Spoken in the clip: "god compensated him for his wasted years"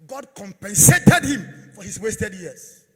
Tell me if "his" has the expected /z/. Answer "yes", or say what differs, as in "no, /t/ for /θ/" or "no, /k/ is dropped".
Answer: no, /s/ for /z/